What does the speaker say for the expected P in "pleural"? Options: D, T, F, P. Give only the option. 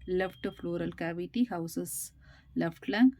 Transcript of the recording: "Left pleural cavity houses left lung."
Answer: F